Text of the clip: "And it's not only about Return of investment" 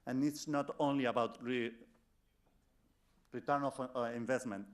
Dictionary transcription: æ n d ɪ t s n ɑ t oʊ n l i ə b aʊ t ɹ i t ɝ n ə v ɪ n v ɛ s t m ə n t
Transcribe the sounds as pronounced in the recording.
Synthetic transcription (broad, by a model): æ n ɪ t s n ɑ t oʊ n l i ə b aʊ t ɹ i t ɝ n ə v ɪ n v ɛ s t m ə n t